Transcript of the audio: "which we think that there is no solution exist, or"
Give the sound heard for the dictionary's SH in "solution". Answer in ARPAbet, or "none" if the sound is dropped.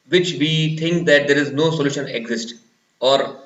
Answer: SH